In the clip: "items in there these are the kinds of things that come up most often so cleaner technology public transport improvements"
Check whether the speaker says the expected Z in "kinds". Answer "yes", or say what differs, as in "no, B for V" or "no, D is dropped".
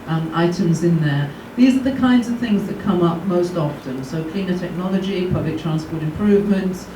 yes